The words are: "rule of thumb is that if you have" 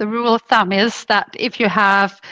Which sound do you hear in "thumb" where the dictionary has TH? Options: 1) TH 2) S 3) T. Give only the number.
1